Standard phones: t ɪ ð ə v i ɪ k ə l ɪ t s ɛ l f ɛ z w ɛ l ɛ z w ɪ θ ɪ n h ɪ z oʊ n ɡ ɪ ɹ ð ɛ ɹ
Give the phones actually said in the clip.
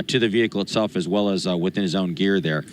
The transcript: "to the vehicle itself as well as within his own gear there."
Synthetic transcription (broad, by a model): t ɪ ð ə v i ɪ k l ɪ t s ɛ l f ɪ z w ɛ l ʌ z w ɪ θ ɪ n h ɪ z oʊ n ɡ ɪ ɹ ð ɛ ɹ